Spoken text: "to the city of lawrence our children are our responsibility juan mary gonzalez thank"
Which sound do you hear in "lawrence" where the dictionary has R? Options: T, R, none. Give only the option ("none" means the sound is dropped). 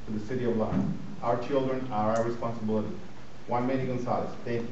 none